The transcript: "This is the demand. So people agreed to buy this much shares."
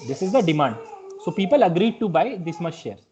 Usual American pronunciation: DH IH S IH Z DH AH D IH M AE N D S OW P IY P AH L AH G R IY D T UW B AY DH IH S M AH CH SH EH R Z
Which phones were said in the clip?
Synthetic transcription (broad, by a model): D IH S IH Z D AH D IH M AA N D S OW P IY P AH L AH G R IY D T UW B AY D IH S M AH S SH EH R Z